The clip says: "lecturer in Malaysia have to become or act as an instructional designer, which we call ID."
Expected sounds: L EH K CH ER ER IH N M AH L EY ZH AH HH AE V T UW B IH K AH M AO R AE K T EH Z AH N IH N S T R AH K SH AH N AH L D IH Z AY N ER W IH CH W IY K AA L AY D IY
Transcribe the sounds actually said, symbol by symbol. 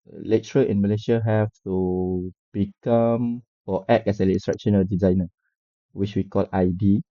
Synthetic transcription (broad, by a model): L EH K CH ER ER IH N M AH L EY SH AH HH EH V T UW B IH K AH M AO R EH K EH S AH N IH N S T R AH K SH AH N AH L D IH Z AY N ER W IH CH W IY K AA L AY D IY